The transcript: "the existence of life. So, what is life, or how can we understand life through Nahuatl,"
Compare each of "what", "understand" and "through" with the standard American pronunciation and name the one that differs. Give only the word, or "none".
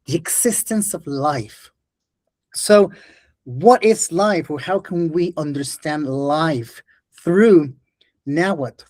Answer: none